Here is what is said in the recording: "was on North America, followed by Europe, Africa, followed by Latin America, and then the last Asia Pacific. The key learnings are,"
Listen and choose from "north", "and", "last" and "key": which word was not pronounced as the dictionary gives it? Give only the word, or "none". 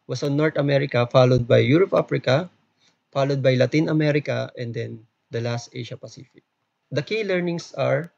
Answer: north